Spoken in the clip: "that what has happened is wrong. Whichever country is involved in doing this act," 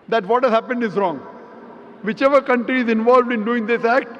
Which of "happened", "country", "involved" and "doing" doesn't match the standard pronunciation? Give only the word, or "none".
none